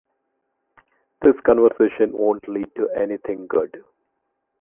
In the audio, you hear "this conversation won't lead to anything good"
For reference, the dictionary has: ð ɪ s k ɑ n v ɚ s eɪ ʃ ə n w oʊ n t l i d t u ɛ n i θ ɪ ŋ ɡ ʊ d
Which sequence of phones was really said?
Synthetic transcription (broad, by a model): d ɪ s k ɑ n v ɚ s eɪ ʃ ə n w oʊ n t l i d t u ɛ n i t ɪ ŋ ɡ ʊ d